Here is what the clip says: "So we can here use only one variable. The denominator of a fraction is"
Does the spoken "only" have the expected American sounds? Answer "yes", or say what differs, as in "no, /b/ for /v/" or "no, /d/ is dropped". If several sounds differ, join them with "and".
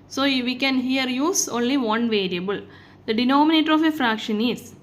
yes